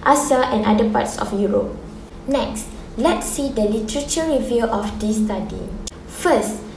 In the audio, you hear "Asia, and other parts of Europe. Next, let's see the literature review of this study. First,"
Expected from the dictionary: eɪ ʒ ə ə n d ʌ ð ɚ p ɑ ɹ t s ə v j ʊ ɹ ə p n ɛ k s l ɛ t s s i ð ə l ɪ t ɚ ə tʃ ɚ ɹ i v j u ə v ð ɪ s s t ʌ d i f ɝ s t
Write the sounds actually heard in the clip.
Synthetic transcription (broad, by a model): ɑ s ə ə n d ʌ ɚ p ɑ t s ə f j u ɹ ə p n ɛ k s l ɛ t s s i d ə l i t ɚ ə tʃ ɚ ɹ i v j u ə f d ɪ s s t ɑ d i f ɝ s t